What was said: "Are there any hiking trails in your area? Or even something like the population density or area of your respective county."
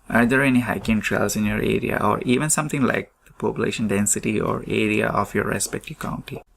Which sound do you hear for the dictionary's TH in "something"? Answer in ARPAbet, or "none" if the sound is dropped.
T